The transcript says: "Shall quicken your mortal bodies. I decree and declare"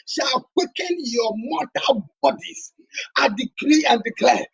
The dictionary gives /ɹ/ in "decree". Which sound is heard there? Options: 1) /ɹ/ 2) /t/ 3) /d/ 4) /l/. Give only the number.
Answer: 1